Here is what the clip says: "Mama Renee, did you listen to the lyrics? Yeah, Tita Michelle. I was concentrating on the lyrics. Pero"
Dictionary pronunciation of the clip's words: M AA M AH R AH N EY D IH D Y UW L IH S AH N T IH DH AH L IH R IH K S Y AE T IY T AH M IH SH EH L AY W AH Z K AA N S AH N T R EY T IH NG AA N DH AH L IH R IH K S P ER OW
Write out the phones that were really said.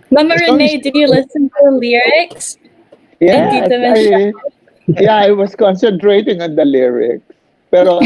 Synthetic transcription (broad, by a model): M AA M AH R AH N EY D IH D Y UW L IH S AH N T IH DH AH L IH R IH K S Y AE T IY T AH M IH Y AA AY W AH S K AA N S AH N T R EY T IH NG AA N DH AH L IH R IH K S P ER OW